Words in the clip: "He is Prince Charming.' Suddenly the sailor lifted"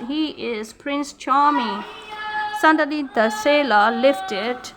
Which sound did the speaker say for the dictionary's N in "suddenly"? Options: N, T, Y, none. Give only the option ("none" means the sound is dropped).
none